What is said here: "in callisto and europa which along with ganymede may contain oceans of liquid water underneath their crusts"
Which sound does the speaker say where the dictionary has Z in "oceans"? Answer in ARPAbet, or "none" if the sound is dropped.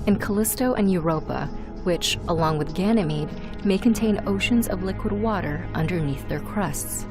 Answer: Z